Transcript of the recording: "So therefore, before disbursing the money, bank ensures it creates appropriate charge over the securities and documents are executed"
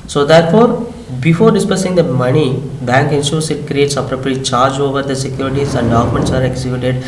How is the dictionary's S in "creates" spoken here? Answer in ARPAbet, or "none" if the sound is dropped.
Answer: S